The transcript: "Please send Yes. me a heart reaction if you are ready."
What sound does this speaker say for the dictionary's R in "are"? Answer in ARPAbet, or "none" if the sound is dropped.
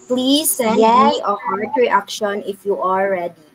L